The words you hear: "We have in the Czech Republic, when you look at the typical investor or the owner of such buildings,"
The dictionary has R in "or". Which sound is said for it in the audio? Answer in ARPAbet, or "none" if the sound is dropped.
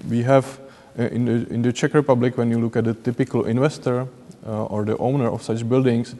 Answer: R